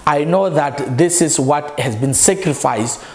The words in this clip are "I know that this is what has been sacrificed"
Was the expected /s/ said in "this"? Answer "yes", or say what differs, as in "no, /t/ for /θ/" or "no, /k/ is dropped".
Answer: yes